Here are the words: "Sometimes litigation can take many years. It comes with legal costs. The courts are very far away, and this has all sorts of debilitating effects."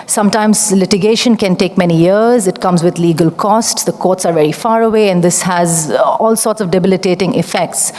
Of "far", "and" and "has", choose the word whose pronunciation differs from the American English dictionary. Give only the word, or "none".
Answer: none